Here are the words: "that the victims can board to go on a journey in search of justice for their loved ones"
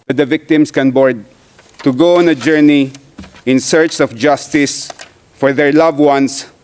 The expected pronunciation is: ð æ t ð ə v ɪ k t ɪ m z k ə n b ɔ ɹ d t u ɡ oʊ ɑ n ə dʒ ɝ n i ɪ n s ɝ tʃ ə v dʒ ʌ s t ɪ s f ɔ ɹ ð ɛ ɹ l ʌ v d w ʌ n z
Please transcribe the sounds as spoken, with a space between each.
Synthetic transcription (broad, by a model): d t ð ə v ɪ k t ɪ m s k ə n b ɔ ɹ d t u ɡ oʊ ɑ n ə dʒ ɝ n i ɪ n s ɝ tʃ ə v dʒ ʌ s t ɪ s f ɔ ɹ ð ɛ ɹ l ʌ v w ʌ n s